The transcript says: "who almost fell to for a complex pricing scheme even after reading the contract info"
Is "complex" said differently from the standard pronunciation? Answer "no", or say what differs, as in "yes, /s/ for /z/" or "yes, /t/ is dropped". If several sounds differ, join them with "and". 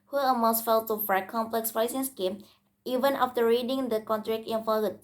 no